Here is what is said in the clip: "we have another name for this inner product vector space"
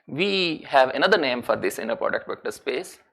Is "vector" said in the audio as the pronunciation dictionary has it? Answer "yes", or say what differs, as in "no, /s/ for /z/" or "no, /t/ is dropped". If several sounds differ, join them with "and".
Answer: no, /b/ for /v/